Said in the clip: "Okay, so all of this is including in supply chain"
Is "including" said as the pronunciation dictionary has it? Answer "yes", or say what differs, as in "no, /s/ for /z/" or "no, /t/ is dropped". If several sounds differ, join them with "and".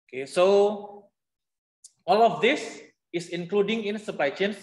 yes